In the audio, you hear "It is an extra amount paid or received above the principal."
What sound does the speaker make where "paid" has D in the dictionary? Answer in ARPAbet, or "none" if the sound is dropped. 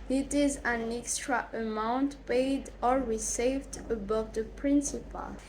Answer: D